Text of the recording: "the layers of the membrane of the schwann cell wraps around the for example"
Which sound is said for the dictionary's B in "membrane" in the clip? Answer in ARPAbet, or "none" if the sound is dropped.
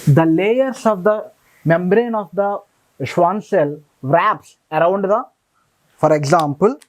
B